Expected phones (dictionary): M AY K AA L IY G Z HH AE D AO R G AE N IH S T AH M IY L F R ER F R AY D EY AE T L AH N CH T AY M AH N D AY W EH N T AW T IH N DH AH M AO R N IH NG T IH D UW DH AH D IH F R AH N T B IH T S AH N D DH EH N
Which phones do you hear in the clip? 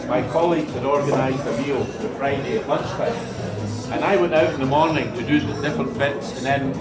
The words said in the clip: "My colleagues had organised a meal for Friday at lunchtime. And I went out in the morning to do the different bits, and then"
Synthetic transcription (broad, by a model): M AY K AA L IY G Z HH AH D AO R G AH N IH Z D AH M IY L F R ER F R AY D EY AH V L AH N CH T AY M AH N AY W EH N T AW T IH N DH AH M AO R N IH NG T IH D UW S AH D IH F R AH N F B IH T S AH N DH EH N